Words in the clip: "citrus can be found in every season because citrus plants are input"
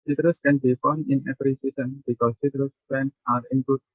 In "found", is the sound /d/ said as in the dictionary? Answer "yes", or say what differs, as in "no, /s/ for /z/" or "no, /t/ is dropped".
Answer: no, /d/ is dropped